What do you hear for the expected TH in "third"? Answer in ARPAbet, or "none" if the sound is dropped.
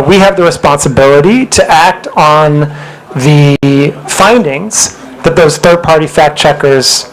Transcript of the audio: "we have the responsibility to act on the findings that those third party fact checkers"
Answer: TH